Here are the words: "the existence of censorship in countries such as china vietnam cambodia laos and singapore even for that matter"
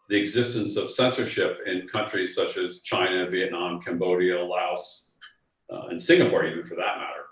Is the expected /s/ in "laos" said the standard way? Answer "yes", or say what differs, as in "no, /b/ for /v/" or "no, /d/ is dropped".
yes